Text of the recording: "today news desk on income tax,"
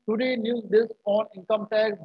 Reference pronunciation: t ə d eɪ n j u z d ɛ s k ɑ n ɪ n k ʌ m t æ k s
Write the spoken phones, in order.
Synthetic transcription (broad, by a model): t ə d eɪ n j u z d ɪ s ɑ n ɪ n k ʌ m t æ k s